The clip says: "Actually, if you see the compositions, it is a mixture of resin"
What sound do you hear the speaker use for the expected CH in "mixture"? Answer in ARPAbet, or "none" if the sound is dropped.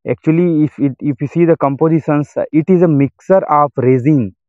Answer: none